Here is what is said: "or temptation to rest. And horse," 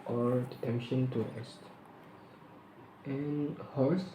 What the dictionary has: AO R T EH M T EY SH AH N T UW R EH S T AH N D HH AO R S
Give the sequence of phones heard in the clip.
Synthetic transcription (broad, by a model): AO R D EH T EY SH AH N T UW R EH S T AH N HH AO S